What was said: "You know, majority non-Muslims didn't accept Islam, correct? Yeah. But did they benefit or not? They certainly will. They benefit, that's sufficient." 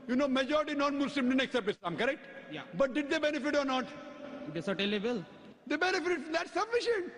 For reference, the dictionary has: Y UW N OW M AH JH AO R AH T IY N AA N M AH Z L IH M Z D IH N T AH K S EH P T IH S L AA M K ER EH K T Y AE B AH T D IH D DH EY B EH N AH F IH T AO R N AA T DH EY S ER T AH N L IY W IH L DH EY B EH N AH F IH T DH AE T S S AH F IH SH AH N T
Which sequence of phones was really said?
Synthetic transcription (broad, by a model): Y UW N OW M AH JH AO R AH T IY N AA N M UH S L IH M D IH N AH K S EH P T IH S AA M K ER EH K T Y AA B AH T D IH D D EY B EH N AH F IH T AO R N AA T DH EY S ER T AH L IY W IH L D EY B EH N AH F IH T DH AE T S S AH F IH SH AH N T